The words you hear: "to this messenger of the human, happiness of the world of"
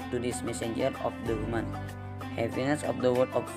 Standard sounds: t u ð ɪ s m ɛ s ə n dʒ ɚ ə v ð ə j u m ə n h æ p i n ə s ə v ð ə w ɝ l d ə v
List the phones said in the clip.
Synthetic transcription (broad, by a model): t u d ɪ s m ɛ s ə n dʒ ɚ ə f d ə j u m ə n h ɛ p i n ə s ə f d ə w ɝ d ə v